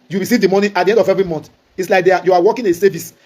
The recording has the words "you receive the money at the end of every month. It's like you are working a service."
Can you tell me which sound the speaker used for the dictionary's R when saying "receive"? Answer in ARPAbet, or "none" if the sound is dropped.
W